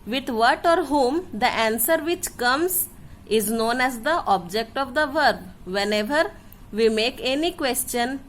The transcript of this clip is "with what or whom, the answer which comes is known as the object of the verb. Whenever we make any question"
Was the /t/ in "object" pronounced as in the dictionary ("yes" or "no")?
yes